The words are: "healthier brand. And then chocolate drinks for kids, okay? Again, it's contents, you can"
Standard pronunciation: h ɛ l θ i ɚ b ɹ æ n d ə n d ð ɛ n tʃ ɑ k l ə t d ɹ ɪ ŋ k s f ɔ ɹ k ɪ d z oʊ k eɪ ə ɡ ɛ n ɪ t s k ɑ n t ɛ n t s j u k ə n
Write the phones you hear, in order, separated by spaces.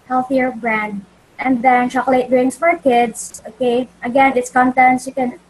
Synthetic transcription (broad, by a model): h ɛ l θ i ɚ b ɹ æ n d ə n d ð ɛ n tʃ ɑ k l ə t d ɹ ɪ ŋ s f ɔ ɹ k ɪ d s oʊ k eɪ ə ɡ ɛ n ɪ t s k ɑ n t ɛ n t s j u k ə n